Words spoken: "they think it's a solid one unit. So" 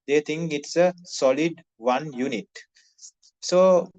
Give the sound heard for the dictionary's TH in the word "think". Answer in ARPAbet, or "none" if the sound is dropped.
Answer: T